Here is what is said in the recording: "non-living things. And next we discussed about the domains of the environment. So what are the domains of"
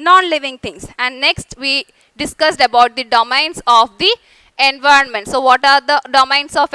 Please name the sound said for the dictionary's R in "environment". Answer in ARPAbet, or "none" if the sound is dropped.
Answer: R